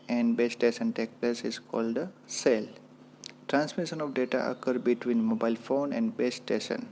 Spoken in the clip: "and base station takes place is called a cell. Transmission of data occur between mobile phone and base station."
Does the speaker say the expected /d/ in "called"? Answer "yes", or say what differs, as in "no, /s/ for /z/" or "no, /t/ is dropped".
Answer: yes